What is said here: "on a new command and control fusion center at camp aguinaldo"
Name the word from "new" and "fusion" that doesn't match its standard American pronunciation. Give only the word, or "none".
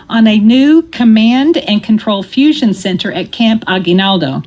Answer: none